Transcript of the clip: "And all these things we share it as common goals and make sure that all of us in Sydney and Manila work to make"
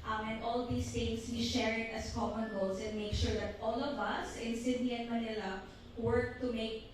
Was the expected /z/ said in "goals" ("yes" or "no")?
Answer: no